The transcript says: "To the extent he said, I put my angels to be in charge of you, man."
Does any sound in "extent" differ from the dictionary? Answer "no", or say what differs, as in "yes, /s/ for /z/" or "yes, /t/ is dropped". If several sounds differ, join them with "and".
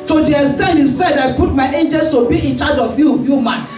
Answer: yes, /k/ is dropped